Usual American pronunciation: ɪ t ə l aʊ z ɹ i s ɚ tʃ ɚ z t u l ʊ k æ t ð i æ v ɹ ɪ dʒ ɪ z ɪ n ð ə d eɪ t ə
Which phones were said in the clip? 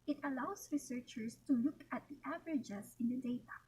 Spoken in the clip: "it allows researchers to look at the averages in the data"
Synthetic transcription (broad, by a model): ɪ t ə l aʊ s ɹ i s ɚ tʃ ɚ s t u l ʊ k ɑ t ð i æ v ɹ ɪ dʒ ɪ s ɪ n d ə d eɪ t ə